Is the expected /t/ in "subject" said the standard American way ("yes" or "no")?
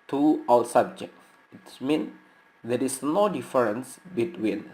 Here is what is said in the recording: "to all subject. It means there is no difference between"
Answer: no